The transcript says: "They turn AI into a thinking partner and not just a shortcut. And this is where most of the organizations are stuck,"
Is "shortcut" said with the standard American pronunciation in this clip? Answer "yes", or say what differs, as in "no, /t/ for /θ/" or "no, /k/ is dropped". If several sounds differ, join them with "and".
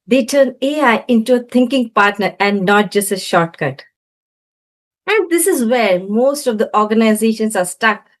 yes